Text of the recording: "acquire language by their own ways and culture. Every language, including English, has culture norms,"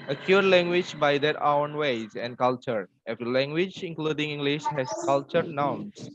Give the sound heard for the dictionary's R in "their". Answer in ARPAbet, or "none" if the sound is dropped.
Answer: W